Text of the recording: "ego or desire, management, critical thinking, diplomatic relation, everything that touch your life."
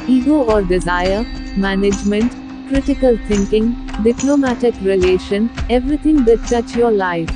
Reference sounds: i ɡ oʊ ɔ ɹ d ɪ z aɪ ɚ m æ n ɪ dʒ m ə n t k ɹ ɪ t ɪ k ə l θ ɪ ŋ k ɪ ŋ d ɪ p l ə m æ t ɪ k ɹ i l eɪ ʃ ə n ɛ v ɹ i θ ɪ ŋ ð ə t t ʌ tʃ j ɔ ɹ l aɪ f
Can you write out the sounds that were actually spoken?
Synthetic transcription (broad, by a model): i ɡ oʊ ɔ ɹ d ɪ z aɪ ɚ m æ n ɪ dʒ m ə n t k ɹ ɪ t ɪ k ə l t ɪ ŋ k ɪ ŋ d ɪ p l ə m æ t ɪ k ɹ i l eɪ ʃ ə n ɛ v ɹ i t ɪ ŋ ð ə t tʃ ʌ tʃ j ɔ ɹ l aɪ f